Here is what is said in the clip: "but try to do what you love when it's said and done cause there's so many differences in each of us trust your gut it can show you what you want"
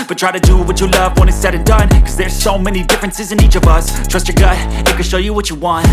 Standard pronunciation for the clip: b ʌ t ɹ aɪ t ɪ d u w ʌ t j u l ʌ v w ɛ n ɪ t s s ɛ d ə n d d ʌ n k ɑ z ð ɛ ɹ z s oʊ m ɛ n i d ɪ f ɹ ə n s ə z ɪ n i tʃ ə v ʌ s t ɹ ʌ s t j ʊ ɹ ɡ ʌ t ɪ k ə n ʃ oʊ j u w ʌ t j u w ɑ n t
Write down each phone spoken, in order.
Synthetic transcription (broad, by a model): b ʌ t ɹ aɪ t ɪ d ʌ w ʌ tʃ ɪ l ʌ v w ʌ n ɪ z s s ɛ d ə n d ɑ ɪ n k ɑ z ð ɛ ɹ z s oʊ m ɛ n i d ɪ f ɹ ə n s ə z ɪ n i tʃ ə v ʌ s t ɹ ʌ s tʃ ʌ ɹ ɡ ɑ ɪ ɪ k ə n ʃ oʊ j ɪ w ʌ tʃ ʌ w ɑ n t